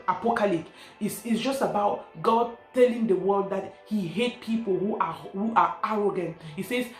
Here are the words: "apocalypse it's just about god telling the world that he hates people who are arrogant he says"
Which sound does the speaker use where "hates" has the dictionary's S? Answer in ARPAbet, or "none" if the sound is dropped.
none